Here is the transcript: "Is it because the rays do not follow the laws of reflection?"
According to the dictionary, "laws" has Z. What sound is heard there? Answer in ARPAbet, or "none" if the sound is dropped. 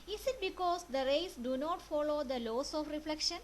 S